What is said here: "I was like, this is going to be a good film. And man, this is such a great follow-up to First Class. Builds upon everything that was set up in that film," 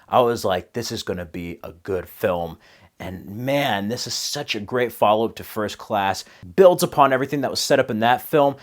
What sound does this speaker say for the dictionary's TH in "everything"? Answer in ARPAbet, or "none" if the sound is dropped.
TH